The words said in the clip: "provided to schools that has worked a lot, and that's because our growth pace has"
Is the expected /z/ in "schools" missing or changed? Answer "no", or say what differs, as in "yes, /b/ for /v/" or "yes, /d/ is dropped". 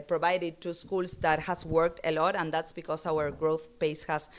yes, /s/ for /z/